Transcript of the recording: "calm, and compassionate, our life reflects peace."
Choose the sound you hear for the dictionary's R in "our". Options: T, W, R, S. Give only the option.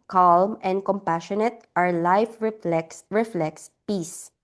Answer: R